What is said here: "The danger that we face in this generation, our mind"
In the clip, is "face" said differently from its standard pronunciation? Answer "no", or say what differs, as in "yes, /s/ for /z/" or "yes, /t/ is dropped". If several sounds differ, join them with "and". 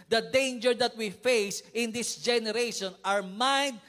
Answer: no